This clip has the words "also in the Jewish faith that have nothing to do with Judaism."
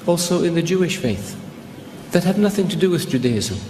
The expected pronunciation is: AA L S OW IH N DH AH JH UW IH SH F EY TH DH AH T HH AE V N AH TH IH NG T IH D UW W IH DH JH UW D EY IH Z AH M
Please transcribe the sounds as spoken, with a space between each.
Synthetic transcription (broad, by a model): AA L S OW IH N DH AH JH UW IH SH F EY TH DH AH T HH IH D N AH TH IH NG T IH D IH W IH DH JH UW D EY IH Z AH